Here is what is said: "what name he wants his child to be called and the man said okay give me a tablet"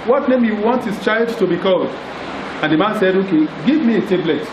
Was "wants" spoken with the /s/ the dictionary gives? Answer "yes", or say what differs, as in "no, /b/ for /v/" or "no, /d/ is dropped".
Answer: no, /s/ is dropped